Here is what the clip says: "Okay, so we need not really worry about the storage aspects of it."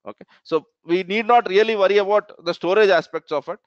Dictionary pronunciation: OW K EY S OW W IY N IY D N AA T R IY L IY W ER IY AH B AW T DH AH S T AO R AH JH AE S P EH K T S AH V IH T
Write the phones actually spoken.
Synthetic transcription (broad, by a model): OW K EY S OW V IY N IY D N AA T R IY L IY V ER IY AH B AW T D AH S T AO R AH JH AE S P EH K T S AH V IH T